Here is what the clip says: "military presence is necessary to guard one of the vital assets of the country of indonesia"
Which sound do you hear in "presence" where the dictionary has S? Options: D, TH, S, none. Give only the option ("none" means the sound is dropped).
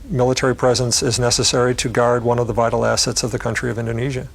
S